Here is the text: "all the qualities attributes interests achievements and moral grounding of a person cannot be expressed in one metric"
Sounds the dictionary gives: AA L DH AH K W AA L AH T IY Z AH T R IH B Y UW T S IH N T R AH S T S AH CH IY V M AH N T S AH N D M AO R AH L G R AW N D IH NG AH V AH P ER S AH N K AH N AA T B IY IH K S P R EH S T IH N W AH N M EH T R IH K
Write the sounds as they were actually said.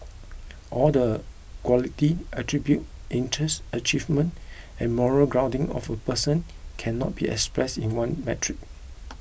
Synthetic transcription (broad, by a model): AA L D AH K W AA L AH T IY AH T R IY B Y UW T IH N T R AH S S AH CH IY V M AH N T AH N M AO R AH L G R AW N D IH NG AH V AH P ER S AH N K AH N AA T B IY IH K S P R EH S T IH N W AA N M EH T R IH K